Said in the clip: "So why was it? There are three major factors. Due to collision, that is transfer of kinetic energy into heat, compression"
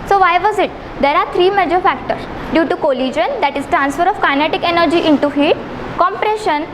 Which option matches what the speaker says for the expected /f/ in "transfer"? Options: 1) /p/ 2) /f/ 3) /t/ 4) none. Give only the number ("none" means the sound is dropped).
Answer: 2